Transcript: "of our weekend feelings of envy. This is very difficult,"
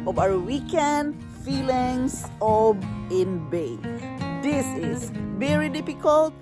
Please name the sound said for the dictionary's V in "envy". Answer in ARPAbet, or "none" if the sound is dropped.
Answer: B